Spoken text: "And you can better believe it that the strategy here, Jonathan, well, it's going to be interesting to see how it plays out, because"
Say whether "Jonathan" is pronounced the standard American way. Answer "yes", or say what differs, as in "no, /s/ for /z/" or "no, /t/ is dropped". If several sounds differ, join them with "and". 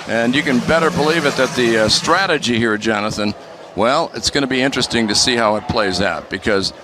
yes